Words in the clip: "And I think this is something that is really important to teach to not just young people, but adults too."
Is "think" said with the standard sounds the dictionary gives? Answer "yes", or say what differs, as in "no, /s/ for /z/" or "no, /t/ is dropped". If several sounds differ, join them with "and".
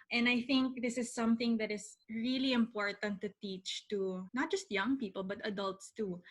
yes